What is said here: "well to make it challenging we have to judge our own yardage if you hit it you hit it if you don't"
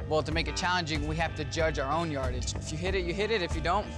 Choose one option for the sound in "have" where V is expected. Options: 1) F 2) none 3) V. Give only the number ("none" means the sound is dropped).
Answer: 1